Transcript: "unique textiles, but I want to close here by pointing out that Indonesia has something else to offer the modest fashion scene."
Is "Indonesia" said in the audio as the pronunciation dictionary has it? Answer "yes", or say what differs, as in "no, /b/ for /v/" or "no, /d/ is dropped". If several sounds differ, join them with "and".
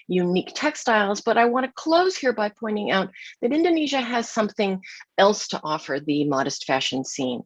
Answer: yes